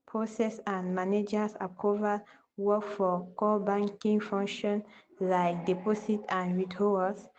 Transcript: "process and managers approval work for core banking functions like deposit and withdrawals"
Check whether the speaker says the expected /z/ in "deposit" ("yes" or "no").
no